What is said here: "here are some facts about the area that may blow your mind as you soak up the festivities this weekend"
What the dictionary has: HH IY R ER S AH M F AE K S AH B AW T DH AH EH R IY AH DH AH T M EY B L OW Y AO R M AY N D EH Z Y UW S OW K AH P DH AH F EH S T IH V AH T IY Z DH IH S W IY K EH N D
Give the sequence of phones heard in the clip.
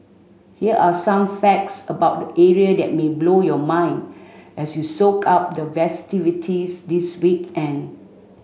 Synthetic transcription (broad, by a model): HH IY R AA S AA M F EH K S AH B AW T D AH EH R IY AH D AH T M EY B L OW Y AO M AY N D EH S Y UW S OW K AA P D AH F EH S T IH V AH T IY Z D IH S W IY K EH N